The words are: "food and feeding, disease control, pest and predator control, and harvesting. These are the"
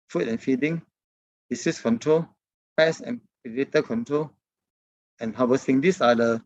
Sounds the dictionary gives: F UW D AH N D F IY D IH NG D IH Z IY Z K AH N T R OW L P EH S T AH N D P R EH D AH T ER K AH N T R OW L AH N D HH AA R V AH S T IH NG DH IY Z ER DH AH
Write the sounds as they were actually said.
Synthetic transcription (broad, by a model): F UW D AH N F IY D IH NG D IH S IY S K AH N T R OW L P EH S AH N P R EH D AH T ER K AH N T R OW L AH N HH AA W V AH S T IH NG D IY S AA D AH